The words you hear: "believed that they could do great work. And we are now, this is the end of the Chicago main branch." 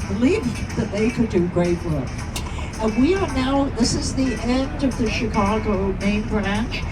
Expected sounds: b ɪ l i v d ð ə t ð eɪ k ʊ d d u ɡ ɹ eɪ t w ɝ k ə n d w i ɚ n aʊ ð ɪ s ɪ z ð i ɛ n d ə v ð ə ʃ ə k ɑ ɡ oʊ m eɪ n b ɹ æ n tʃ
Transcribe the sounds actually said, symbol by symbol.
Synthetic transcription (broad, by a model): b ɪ l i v ð ə t ð eɪ k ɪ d d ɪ ɡ ɹ eɪ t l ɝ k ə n w i ɚ n aʊ ð ɪ s ɪ z ð i ɛ n d ə v ð ə ʃ ə k ɑ ɡ oʊ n eɪ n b ɹ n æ